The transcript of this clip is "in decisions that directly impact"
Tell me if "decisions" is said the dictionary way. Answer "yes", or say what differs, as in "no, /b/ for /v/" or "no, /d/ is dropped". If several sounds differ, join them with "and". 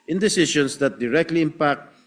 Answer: no, /ʃ/ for /ʒ/